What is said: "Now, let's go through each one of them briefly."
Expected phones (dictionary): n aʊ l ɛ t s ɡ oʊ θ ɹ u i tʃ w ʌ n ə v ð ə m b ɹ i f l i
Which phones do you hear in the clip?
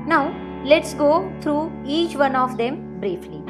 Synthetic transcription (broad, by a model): n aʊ l ɛ t s ɡ oʊ t ɹ u i tʃ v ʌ n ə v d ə m b ɹ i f l i